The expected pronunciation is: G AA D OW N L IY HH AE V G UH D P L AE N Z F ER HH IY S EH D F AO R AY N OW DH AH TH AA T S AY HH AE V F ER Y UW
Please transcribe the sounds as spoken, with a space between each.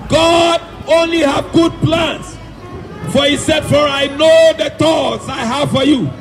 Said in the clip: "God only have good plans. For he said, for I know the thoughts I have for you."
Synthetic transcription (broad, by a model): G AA D OW N L IY HH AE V G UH D P L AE N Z F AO HH IY S EH D F AO R AY N OW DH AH T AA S AY HH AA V F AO Y UW